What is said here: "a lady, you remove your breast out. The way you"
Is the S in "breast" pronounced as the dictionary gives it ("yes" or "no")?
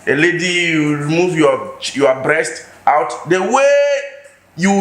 yes